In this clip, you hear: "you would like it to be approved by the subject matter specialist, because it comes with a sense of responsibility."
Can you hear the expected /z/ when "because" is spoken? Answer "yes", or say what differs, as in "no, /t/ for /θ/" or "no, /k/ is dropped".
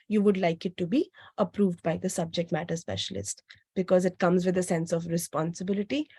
yes